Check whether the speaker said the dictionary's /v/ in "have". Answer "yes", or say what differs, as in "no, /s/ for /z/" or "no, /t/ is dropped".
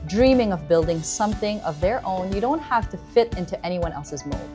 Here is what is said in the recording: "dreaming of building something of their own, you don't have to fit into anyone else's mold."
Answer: no, /f/ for /v/